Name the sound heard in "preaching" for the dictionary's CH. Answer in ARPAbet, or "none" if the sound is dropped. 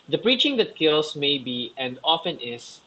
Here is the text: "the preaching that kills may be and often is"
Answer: CH